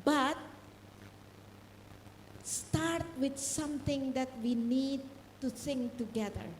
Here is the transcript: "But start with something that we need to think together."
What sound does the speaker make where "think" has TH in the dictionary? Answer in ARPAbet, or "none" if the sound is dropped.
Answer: S